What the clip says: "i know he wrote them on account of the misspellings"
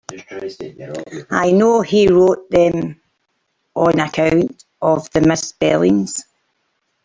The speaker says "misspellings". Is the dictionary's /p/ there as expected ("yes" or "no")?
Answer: no